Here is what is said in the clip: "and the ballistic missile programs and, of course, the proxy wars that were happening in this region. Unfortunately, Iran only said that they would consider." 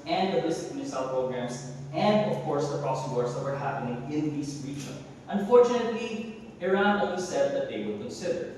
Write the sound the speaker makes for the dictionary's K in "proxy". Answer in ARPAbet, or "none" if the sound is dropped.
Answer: none